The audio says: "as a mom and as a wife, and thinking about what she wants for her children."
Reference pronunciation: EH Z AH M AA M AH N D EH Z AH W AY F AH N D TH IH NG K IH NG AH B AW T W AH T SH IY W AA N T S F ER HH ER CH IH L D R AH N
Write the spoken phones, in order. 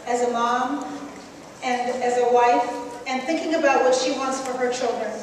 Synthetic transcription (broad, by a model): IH Z AH M AA M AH N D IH Z AH W AY F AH N TH IH NG K IH NG AH B AW T W AH T SH IY W AA N T S F ER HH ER CH IH L D R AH N